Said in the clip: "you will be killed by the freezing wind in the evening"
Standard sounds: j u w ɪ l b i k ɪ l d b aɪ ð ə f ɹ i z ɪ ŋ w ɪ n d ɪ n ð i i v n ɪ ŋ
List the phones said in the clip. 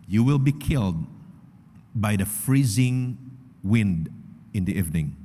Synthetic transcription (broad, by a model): j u w ɪ l b i k ɪ l d b aɪ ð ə f ɹ i z ɪ ŋ w ɪ n d ɪ n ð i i v n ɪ ŋ